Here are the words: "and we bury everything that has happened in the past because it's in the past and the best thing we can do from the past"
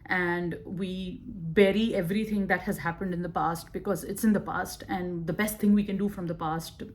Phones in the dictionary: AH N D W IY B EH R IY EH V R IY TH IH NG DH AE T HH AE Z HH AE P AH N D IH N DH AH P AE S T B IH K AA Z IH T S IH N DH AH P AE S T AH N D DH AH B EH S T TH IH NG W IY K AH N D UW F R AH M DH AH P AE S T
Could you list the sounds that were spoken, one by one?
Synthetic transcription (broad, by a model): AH N D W IY B EH R IY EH V R IY T IH NG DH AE T HH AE Z HH AE P AH N D IH N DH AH P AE S T B IH K AA Z IH T S IH N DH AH P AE S T AH N D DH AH B EH S T IH NG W IY K AH N D UW F R AH M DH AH P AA S T